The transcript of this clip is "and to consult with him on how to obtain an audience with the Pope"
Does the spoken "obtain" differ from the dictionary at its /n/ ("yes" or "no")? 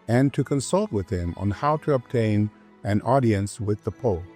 no